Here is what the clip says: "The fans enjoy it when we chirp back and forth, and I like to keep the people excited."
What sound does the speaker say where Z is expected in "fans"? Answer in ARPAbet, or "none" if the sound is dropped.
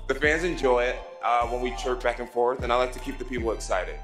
Z